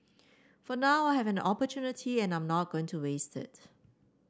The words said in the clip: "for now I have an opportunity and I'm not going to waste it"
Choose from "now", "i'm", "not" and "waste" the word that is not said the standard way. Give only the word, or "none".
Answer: none